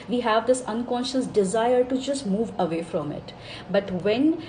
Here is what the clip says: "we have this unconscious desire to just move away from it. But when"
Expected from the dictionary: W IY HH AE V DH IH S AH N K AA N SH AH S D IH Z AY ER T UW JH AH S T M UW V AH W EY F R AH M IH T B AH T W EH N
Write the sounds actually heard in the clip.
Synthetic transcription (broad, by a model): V IY HH AE V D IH S AH N K AA N SH AH S D IH Z AY ER T UW JH AH S T M UW V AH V EY F R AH M IH T B AH T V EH N